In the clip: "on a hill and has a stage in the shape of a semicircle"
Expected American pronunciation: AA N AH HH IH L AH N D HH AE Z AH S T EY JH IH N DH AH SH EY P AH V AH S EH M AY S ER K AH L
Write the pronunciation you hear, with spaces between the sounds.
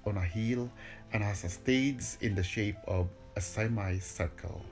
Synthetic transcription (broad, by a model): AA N AH HH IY L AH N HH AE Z AH S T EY Z IH N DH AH SH EY P AH V AH S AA M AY S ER K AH L